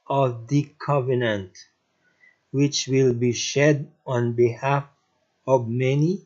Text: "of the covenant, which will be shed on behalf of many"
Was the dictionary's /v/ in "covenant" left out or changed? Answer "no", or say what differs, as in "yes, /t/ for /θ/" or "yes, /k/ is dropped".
no